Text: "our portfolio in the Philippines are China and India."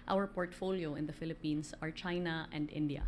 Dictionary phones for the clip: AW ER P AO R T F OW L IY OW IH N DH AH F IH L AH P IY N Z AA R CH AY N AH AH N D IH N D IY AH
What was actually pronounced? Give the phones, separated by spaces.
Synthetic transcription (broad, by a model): AW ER P AO R T F OW L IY OW IH N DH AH F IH L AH P IY N S AA R CH AY N AH AH N D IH N D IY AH